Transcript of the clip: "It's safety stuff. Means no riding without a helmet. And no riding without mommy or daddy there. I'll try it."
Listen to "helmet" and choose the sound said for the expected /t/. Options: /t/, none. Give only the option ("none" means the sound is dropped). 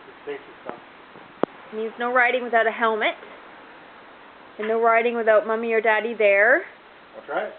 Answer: /t/